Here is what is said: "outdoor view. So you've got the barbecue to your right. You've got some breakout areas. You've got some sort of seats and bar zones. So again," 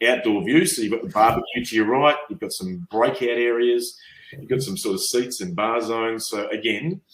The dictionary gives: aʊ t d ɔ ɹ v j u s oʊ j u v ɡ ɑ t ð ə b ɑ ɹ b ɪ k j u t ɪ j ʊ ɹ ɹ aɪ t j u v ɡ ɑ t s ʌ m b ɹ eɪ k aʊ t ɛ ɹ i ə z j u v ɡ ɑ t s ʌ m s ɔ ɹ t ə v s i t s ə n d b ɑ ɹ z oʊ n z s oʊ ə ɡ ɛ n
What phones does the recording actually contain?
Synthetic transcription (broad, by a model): aʊ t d ɔ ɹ v j u s oʊ j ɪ v ɡ ɑ t ð ə b ɑ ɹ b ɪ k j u t ɪ j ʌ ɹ ɹ aɪ t j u v ɡ ɑ t s ʌ m b ɹ eɪ k aʊ t ɛ ɹ i ə z j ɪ v ɡ ɑ t s ʌ m s ɔ ɹ t ə v s i t s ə n b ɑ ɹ z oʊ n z s oʊ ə ɡ ɛ n